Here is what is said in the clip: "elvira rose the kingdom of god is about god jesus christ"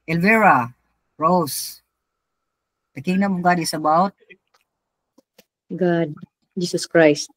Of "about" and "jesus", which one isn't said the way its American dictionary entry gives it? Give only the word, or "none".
jesus